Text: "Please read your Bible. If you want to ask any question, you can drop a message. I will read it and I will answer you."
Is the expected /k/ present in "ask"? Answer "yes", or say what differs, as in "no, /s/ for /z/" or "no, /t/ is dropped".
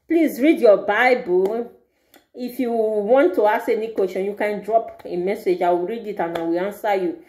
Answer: no, /k/ is dropped